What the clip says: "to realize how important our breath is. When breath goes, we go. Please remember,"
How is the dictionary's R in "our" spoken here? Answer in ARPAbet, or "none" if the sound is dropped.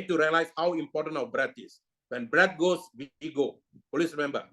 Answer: W